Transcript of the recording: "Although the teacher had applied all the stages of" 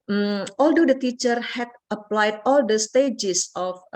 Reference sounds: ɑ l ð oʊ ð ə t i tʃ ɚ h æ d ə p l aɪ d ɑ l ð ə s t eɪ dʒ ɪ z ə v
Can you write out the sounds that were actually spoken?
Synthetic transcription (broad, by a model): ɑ l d oʊ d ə t i tʃ ɚ h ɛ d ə p l aɪ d ɑ l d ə s t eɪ dʒ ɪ s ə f